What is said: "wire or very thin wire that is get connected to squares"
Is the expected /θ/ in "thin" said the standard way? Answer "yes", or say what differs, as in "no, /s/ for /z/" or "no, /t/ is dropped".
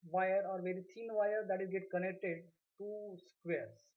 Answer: no, /t/ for /θ/